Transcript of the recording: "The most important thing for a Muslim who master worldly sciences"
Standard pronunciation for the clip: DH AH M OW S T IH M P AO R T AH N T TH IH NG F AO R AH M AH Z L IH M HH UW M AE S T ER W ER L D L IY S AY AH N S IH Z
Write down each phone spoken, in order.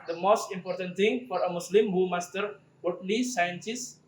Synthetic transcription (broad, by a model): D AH M OW S T IH M P AO R T AH N T T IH NG F AO R AH M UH S L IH M HH UW M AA S T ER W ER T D L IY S AY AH N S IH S